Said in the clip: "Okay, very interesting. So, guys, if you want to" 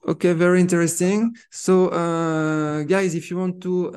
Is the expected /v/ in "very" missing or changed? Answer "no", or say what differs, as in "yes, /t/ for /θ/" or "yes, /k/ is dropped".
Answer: no